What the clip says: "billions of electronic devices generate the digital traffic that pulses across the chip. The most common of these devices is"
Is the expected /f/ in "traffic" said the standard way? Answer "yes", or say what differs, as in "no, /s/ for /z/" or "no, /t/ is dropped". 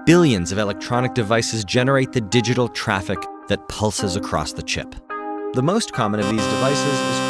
yes